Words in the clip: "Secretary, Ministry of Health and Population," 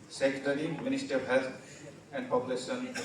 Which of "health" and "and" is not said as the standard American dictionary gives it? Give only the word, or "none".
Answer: health